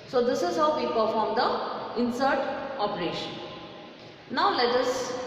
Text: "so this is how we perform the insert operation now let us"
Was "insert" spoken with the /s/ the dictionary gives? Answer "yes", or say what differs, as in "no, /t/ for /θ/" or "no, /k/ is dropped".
yes